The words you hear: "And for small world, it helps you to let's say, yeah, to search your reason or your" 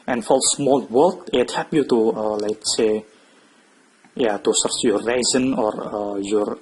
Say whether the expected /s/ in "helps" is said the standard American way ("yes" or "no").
no